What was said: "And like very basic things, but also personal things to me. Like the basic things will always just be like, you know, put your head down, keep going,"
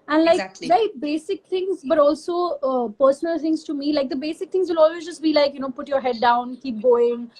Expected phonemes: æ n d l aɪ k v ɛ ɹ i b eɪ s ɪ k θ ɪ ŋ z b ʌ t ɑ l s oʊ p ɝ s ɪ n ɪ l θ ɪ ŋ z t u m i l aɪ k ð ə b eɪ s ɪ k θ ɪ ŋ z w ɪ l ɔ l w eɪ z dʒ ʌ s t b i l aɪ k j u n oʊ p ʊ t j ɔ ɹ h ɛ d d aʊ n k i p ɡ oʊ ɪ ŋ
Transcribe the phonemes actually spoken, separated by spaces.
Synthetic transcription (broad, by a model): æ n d l aɪ k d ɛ i b eɪ s ɪ k t ɪ ŋ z b ʌ t ɑ l s oʊ p ɝ s ɪ n ɪ l t ɪ ŋ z t u m i l aɪ k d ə b eɪ s ɪ k t ɪ ŋ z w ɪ l ɔ l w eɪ z dʒ ʌ s t b i l aɪ k j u n oʊ p ʊ t j ɔ ɹ h ɛ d d aʊ n k i p ɡ oʊ ɪ ŋ